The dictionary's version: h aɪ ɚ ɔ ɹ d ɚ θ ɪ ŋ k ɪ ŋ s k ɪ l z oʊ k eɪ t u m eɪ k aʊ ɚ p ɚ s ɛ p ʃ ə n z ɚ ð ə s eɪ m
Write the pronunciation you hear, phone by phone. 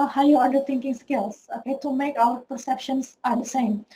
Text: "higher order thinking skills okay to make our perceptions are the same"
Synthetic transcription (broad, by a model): h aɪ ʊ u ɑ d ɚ t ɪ ŋ k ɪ ŋ s k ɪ l s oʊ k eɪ t u m eɪ k aʊ ɚ p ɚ s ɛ p ʃ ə n s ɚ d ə s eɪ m